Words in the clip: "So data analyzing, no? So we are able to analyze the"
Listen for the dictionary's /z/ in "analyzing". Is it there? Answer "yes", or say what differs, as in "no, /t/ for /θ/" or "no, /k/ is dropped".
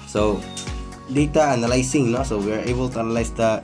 no, /s/ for /z/